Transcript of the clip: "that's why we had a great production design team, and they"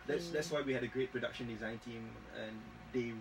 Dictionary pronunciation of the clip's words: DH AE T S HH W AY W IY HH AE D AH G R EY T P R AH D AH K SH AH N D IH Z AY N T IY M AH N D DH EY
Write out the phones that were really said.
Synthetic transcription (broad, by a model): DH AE T S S W AY W IY HH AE D AH G R EY T P R AH D AH K SH AH N D IH Z AY N T IY M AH N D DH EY